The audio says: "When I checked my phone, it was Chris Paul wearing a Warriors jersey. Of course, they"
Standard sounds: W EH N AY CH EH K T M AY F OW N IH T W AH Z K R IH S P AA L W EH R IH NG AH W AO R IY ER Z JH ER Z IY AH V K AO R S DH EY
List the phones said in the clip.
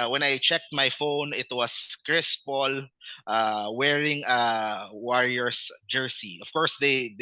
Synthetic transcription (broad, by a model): W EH N AY CH EH K T M AY F OW N IH T W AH S K R IH S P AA L W EH R IH NG AH W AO R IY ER S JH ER S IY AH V K AO R S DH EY